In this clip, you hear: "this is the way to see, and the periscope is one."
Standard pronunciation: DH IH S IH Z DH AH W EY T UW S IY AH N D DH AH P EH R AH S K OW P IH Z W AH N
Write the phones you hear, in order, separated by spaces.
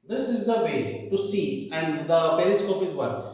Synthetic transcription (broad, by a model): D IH S IH Z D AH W EY T UW S IY AH N D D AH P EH L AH S K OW P IH Z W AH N